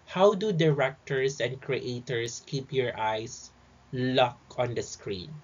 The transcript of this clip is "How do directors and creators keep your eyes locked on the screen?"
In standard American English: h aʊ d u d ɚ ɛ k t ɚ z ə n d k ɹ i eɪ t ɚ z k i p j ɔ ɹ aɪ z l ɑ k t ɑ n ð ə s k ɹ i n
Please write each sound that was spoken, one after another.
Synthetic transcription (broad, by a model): h aʊ d u d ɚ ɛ k t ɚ s ə n d k ɹ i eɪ t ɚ s k i p j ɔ ɹ aɪ s l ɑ k ɑ n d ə s k ɹ i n